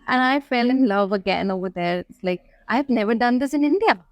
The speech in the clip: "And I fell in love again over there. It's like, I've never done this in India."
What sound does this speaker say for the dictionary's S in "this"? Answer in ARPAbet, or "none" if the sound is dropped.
S